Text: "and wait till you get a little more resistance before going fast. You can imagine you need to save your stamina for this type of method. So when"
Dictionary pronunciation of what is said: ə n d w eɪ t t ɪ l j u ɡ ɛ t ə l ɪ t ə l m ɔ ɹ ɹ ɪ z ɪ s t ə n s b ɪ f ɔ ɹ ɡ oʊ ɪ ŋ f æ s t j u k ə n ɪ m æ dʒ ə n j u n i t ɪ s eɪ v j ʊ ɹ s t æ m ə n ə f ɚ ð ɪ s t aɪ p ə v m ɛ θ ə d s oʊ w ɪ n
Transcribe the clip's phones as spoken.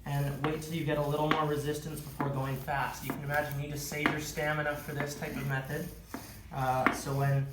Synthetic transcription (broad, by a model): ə n w eɪ t t ɪ l j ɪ ɡ ɛ t ə l ɪ t l m ɔ ɹ ɹ ɪ z ɪ s t ə n s b ɪ f ɔ ɹ ɡ oʊ ɪ ŋ f æ s t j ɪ k ə n ɪ m æ dʒ ə n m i t ɪ s eɪ v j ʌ ɹ s t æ m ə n ə f ɚ ð ɪ s t aɪ p ə v m ɛ θ ə d s oʊ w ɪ n